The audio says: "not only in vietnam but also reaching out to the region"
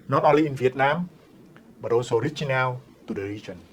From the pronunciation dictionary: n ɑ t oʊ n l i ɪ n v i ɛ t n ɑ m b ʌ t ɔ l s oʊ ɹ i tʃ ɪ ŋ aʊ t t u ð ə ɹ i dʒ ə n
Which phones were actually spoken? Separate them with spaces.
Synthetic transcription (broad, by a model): n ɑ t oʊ l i ɪ n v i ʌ t n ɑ m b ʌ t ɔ s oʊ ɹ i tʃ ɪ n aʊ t t u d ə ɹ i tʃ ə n